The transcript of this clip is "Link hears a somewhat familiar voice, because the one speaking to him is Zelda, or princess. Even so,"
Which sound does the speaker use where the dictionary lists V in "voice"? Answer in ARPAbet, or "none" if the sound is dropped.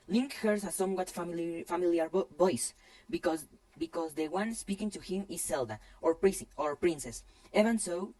B